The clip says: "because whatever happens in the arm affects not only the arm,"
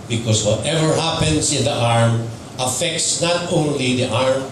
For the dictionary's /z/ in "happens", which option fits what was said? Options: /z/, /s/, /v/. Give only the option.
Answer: /s/